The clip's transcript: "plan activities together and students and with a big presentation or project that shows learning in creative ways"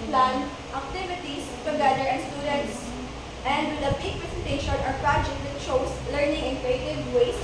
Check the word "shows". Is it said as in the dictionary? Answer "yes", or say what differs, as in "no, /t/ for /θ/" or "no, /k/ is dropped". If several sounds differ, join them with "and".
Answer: no, /s/ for /z/